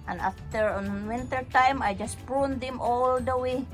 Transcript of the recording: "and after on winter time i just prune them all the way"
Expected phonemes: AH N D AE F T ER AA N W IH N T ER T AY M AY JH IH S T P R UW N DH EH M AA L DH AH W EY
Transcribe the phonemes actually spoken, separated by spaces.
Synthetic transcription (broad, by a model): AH N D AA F T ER AA N W IH N T ER T AY M AY JH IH S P UW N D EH M AA L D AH W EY